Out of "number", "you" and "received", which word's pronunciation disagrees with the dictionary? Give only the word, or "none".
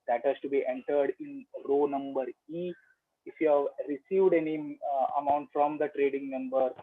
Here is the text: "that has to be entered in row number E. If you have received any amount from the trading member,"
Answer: none